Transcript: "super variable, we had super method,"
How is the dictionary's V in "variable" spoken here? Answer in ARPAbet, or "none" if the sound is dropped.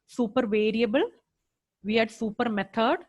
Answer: V